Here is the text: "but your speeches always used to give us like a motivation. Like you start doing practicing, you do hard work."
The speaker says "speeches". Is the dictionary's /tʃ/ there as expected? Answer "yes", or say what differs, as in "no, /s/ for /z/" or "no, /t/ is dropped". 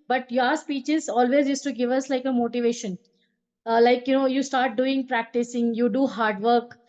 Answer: yes